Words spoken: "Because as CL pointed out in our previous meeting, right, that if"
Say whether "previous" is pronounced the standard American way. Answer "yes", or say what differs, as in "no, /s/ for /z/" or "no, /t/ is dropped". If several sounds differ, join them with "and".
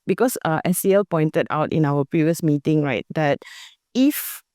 yes